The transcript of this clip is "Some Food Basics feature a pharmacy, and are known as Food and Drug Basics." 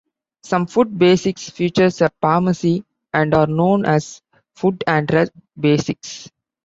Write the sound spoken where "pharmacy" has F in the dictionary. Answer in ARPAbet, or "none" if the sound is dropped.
P